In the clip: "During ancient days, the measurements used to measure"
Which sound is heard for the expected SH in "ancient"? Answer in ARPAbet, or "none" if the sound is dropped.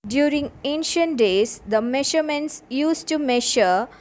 SH